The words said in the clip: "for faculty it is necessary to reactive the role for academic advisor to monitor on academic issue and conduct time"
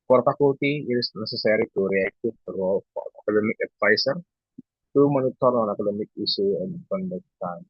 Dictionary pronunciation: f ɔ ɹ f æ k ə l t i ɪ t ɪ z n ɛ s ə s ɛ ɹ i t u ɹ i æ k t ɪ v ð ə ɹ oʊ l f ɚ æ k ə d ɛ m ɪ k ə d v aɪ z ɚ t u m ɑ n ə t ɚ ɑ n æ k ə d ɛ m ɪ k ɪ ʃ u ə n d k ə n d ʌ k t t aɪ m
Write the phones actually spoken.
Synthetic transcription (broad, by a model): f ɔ ɹ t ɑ k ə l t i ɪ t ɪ s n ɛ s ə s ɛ ɹ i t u ɹ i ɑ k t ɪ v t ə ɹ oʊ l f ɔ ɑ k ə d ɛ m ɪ k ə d f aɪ s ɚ t u m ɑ n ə t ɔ ɑ n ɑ k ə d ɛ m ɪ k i s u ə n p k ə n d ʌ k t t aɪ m